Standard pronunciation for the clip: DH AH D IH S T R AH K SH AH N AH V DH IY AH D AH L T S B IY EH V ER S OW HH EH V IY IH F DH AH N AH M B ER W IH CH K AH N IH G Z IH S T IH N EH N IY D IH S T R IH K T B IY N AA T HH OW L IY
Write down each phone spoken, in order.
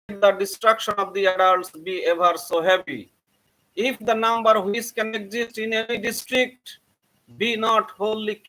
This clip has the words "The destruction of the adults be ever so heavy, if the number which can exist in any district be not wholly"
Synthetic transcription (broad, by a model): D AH D IH S T R AH K SH AH N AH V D IY AH D AH L T S B IY EH V ER S OW HH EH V IY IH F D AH N AH M B ER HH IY S K AH N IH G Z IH S T IH N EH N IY D IH S T R IH K T B IY N AA T HH OW L IY